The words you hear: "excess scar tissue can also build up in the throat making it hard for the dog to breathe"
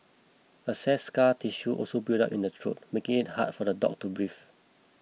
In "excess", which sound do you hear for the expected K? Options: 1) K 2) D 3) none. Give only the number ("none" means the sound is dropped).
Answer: 3